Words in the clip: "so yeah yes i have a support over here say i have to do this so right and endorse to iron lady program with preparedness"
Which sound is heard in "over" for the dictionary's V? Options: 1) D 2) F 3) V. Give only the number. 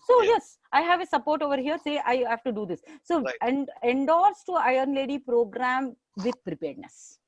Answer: 3